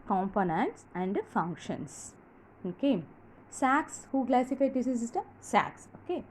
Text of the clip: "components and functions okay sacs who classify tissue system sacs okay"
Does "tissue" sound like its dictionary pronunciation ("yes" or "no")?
no